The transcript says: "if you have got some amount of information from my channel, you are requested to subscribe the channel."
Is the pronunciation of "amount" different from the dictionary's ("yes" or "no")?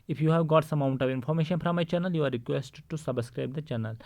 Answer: yes